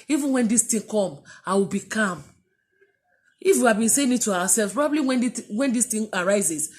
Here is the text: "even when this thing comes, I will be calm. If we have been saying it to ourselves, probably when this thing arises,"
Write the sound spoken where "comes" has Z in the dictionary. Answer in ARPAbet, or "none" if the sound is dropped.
none